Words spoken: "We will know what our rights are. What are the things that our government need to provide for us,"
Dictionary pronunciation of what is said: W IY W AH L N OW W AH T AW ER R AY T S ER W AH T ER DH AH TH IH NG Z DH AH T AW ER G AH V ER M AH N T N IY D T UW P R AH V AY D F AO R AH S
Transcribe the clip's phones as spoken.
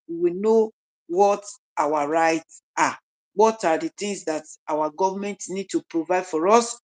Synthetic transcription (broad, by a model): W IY W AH N OW W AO T AW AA R AY T S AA W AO T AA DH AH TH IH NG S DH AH T AW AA G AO V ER M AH N T N IY D T UW P R AH V AY D F AO R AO S